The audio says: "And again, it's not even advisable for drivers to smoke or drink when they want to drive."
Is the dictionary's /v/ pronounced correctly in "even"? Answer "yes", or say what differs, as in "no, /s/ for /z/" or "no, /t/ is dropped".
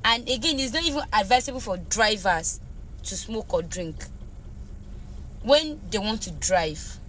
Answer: yes